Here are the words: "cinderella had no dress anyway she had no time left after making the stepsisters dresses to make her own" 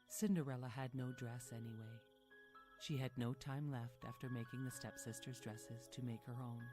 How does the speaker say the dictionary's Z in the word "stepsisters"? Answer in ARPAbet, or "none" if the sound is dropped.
Z